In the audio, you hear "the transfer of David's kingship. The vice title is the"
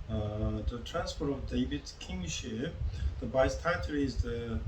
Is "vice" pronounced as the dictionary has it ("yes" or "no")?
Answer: no